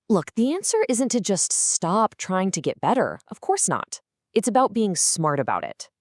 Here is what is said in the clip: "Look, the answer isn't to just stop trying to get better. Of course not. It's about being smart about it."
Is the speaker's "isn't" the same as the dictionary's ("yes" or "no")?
yes